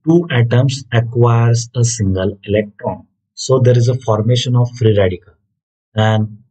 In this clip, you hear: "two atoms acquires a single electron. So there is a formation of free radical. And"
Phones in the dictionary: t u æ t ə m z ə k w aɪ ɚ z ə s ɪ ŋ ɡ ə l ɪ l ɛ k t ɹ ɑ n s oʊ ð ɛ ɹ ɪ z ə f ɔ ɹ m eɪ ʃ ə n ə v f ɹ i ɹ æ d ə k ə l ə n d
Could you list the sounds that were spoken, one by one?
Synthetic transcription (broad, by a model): t u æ t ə m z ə k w aɪ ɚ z ə s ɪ ŋ ɡ ə l ɪ l ɛ k t ɹ ɑ n s oʊ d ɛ ɹ ɪ z ə f ɔ ɹ m eɪ ʃ ə n ə v f ɹ i ɹ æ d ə k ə l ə n d